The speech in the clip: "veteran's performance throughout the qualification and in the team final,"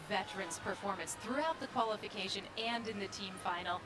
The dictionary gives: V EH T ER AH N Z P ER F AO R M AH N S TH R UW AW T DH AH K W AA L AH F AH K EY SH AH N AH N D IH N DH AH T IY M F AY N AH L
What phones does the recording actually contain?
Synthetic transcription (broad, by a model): V EH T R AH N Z P ER F AO R M AH N S TH R UW AW T DH AH K W AA L AH F AH K EY SH AH N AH N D IH N DH AH T IY M F AY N L